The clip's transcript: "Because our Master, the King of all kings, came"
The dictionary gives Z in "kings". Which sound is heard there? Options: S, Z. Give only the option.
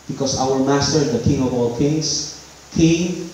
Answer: S